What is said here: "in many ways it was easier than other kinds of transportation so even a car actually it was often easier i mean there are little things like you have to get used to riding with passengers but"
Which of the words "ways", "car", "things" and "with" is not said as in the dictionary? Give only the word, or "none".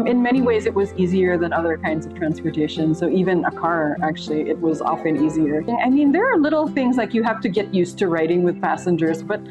none